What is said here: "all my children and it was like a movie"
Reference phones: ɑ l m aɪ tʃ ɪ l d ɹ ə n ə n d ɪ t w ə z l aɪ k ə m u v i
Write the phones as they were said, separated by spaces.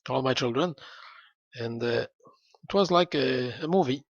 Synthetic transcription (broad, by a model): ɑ l m aɪ tʃ ɪ l d ɹ ə n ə n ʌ ɪ t w ə z l aɪ k ə m u v i